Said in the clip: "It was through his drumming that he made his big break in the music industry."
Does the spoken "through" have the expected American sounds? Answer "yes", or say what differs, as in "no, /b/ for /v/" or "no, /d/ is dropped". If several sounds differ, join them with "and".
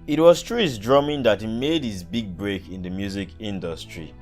no, /t/ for /θ/